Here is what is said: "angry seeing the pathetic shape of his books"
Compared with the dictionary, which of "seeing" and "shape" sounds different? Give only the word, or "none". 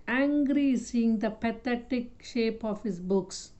none